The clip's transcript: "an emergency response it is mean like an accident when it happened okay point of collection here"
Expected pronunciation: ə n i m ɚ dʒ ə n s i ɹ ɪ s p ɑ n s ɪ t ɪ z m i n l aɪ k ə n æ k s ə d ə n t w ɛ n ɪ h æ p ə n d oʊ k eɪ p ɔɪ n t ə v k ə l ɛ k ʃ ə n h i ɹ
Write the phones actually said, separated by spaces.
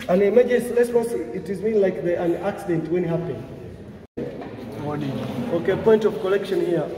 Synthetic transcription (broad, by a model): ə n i m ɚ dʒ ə s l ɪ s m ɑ s ɪ t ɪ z m i n l aɪ k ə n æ k s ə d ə n t w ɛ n h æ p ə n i oʊ k eɪ p ɔɪ n t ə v k ə l ɛ k ʃ ə n h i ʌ